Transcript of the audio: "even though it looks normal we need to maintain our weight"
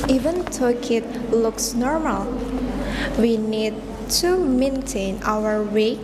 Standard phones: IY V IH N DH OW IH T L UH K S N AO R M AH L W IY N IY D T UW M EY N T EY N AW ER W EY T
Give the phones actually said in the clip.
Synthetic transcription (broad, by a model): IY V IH N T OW IH T L UH K S N AO R M AH L W IY N IY D T UW M EY N T EY N AW ER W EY